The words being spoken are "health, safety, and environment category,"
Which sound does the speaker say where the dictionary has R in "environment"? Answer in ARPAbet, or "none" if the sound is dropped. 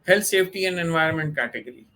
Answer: R